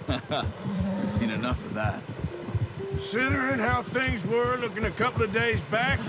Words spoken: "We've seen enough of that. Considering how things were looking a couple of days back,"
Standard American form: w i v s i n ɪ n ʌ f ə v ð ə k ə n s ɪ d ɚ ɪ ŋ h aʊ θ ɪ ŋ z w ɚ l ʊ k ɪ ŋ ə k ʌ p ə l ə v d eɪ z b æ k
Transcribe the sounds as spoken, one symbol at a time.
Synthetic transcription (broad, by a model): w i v s i n ɪ n ʌ f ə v ð ə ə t s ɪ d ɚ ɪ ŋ h aʊ θ ɪ ŋ z w ɚ l ʊ k ɪ ŋ ə k ʌ p l ə v d eɪ z b æ k